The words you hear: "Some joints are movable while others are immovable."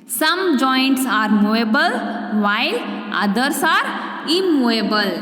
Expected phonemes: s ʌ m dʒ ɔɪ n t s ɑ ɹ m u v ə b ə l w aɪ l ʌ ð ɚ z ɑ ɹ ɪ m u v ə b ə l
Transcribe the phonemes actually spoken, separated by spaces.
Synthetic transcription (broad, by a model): s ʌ m dʒ ɔɪ n t s ɑ ɹ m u ə b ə l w aɪ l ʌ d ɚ s ɑ ɹ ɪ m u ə b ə l